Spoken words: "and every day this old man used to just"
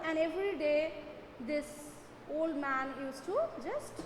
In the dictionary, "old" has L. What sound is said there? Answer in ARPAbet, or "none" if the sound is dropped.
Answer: L